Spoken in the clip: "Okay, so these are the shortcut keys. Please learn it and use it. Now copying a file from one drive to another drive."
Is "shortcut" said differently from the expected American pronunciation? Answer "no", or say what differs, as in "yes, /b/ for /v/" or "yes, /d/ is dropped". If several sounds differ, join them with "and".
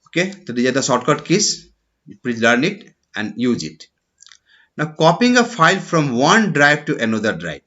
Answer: yes, /s/ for /ʃ/